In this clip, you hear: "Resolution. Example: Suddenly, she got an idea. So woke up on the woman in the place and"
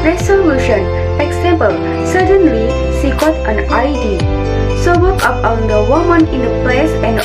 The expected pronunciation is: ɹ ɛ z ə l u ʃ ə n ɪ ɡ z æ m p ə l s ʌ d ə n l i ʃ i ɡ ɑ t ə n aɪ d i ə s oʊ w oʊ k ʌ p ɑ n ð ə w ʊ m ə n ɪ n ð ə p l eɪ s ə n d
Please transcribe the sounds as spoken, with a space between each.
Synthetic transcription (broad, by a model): ɹ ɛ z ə l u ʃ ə n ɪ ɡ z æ m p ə l s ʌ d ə n l i s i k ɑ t ə n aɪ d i s oʊ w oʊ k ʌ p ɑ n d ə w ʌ m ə n ɪ n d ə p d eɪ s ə n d